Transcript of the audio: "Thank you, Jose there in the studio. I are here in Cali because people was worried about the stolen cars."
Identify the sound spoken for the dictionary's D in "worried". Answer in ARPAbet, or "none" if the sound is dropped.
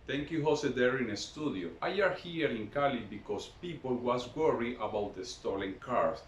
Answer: none